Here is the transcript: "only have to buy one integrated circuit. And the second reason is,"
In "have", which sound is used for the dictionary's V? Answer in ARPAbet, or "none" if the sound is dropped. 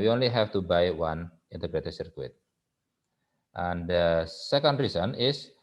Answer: F